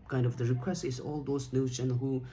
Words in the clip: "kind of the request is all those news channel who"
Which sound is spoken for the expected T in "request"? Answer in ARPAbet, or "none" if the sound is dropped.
none